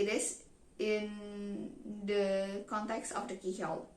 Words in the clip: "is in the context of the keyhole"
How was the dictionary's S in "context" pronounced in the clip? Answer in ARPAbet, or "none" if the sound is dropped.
S